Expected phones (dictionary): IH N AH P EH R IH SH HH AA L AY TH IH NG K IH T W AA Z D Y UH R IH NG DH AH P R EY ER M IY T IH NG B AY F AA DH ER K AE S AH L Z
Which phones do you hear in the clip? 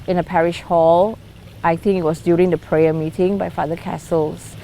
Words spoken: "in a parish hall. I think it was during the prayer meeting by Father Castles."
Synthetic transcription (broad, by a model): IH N AH P EH R IH SH HH AA L AY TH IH NG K IH T W AA S D Y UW R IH NG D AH P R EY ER M IY T IH NG B AY F AA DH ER K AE S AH L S